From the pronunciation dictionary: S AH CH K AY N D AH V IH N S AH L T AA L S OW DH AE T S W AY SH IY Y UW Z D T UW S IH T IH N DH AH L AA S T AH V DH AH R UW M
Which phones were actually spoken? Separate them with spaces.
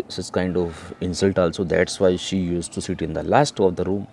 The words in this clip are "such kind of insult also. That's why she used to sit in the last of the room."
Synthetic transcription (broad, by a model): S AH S K AY N D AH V IH N S AH L T AA L S OW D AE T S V AY SH IY Y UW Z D T UW S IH T IH N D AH L AA S T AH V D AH R UW M